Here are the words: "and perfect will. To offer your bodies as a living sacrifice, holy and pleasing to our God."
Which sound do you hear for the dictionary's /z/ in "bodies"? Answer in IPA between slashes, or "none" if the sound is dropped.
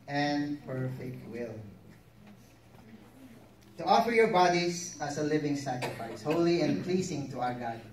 /s/